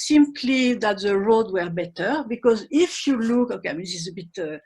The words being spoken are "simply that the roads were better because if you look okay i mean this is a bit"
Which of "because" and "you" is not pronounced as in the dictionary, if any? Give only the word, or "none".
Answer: none